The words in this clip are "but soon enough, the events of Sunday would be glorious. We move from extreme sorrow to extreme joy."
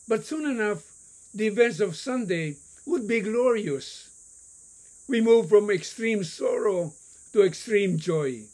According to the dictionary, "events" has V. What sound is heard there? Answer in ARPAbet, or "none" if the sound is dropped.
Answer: V